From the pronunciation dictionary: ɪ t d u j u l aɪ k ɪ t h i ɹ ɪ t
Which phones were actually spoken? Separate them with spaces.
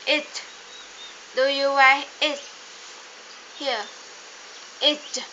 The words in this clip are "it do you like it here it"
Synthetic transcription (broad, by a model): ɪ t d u j u w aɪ ɪ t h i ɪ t